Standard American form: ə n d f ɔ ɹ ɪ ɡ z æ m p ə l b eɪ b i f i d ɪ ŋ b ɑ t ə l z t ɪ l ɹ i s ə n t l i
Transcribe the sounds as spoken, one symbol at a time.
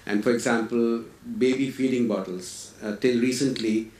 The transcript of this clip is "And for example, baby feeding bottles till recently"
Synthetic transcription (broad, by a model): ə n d f ɔ ɹ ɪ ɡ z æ m p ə l b eɪ b i f i d ɪ ŋ b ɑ t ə l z t ɪ l ɹ i s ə n t l i